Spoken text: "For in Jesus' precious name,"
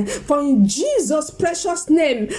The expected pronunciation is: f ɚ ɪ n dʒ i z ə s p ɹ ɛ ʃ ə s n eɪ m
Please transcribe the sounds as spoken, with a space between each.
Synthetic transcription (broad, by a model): f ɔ ɪ n dʒ i z ə s p ɹ ɛ ʃ ə s n eɪ m